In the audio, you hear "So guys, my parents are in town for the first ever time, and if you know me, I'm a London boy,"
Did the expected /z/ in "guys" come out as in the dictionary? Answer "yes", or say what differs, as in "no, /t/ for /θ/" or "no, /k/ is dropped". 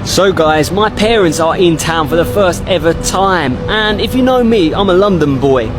yes